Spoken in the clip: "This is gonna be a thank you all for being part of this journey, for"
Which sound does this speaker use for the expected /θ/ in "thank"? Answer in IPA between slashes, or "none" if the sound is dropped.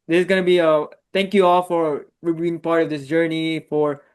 /t/